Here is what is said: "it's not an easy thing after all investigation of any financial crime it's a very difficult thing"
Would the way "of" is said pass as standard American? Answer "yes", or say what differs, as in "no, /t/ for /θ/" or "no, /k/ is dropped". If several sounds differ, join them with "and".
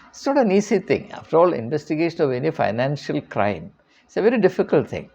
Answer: yes